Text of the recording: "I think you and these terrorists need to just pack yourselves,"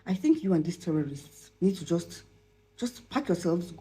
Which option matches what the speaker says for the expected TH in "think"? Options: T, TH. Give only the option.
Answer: TH